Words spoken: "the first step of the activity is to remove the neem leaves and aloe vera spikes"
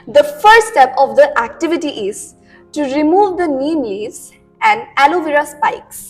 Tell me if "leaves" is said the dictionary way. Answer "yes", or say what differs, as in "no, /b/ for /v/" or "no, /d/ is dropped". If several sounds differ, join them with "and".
no, /v/ is dropped